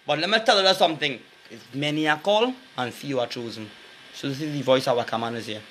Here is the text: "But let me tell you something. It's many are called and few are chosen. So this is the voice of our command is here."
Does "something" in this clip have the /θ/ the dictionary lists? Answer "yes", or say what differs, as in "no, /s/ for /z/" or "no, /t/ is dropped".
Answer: yes